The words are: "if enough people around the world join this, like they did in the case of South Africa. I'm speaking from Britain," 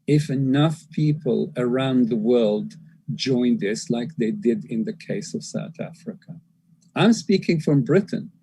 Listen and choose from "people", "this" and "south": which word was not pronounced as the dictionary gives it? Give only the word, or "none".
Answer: none